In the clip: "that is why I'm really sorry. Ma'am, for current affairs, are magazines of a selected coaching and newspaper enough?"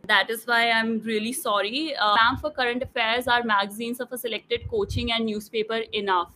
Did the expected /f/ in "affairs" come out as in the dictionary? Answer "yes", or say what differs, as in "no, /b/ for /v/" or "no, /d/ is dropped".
yes